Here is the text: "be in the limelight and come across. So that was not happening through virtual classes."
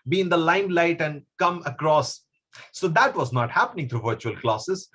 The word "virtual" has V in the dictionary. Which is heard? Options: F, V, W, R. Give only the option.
V